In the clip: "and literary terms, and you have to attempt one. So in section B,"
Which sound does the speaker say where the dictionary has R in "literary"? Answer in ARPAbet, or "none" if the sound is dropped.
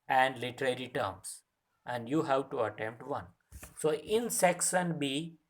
R